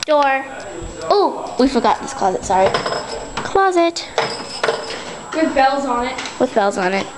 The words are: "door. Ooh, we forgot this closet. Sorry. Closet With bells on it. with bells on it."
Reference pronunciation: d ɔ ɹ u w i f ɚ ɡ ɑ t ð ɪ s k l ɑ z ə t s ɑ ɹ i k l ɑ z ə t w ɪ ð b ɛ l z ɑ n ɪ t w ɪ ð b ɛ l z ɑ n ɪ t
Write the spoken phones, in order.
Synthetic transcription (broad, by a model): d ɔ ɹ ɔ w i f ɚ ɡ ɑ t ð ɪ s k l ɑ z ə t s ɑ ɹ i k l ɑ z ə t w ɪ ð b ɛ l z n ɪ t w ɪ ð b ɛ l z n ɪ t